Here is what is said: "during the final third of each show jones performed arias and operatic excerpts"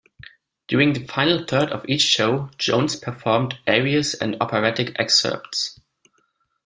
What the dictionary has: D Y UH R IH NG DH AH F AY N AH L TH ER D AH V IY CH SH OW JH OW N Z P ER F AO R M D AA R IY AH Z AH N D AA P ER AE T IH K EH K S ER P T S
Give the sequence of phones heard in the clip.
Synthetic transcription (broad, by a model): D Y UH R IH NG DH AH F AY N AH L TH ER D AH V IY CH SH OW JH OW N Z P ER F AO R M D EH R IY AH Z AH N D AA P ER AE T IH K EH K S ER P T S